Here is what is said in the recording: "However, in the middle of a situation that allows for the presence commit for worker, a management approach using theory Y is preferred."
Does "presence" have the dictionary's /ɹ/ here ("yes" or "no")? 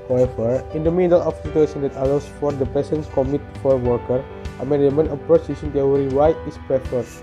no